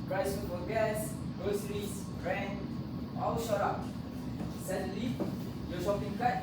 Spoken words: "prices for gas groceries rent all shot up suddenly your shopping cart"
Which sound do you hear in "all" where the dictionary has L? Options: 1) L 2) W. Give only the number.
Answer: 2